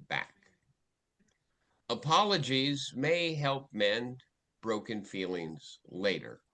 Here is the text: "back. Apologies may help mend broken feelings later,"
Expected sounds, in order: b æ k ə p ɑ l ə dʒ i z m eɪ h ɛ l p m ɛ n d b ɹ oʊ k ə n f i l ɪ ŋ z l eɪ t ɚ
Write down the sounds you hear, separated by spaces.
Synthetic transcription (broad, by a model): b æ k ə p ɑ l ə dʒ i z m eɪ h ɛ l p m ɛ n b ɹ oʊ k ə n f i l ɪ ŋ z l eɪ t ɚ